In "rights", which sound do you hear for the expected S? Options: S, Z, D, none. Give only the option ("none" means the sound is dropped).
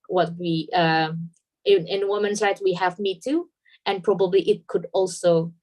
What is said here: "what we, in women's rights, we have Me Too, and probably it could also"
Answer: none